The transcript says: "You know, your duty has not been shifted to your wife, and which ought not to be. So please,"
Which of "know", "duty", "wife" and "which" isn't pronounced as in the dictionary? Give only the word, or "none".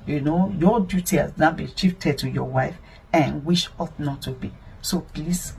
which